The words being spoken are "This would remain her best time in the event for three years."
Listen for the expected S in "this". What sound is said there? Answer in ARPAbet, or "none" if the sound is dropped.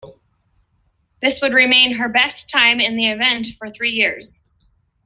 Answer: S